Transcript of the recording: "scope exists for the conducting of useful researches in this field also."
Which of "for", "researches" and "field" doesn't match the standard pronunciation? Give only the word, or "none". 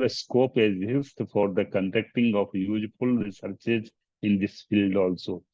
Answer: none